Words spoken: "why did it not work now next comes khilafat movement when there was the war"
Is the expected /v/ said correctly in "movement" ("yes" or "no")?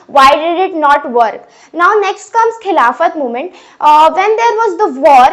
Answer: no